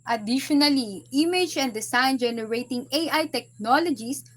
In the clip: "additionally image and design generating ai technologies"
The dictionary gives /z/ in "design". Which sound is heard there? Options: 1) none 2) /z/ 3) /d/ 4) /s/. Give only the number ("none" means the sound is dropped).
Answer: 4